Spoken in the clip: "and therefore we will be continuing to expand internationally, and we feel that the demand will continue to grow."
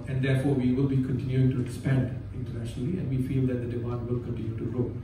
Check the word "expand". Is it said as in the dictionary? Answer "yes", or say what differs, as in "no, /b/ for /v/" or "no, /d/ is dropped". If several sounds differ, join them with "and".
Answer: no, /k/ is dropped